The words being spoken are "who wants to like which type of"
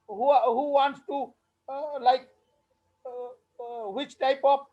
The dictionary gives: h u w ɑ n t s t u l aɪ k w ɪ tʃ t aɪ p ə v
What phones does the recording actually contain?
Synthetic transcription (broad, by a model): h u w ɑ n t s t u l aɪ k w ɪ tʃ t aɪ p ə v